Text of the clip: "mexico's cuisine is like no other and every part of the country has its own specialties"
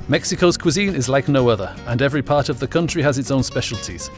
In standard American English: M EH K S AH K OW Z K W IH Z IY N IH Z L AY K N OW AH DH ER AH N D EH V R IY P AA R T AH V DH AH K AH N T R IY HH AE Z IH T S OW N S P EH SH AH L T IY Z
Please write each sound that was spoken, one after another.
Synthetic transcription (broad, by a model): M EH K S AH K OW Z K W IH Z IY N IH Z L AY K N OW AH DH ER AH N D EH V R IY P AA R T AH V DH AH K AH N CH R IY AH Z IH T S OW N S P EH SH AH L T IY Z